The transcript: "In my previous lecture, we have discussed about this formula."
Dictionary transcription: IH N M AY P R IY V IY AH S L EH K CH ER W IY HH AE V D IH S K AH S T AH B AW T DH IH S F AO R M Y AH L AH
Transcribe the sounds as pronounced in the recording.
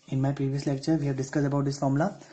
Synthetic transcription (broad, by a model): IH N M AY P R IY V IY AH S L EH K CH ER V IY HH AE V D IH S K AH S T AH B AW T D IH S F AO R M L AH